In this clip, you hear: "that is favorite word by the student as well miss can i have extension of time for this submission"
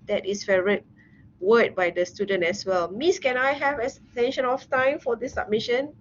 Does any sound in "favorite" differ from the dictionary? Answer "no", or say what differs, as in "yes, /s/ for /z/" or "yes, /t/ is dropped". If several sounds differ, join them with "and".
yes, /v/ is dropped